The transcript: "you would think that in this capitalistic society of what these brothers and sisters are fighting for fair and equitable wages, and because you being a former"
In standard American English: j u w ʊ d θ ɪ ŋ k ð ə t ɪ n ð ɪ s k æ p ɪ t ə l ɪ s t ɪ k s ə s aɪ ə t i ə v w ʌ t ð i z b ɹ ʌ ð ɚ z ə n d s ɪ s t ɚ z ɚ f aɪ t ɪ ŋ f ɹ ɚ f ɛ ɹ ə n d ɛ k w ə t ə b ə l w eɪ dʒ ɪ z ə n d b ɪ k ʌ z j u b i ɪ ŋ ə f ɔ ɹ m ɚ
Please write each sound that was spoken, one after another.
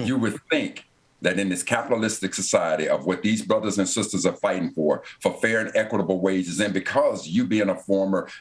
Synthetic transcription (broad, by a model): j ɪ w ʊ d θ ɪ ŋ k ð ə t ɪ n ð ɪ s k æ p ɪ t l ɪ s t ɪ k s ə s aɪ ə t i ə v w ʌ t ð i z b ɹ ʌ ð ɚ z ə n s ɪ s t ɚ z ɚ f aɪ t ɪ ŋ f ɹ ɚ f ɛ ɹ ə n ɛ k w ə t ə b l w eɪ dʒ ɪ z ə n b ɪ k ʌ z j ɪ b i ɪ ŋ ə f ɔ ɹ m ɚ